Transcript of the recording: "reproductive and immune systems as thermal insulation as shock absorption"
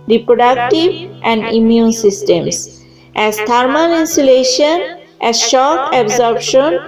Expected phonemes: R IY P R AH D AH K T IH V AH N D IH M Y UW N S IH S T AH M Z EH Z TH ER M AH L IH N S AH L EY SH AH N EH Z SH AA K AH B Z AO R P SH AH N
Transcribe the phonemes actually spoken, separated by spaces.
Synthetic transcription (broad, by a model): R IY P R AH D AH K T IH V AH N D IH M Y UW N S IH S T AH M S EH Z T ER M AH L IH N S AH L EY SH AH N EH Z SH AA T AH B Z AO R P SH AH N